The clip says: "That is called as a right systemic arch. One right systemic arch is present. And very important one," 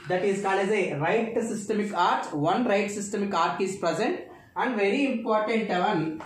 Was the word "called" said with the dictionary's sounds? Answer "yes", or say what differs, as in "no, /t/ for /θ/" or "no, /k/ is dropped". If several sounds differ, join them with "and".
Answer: no, /d/ is dropped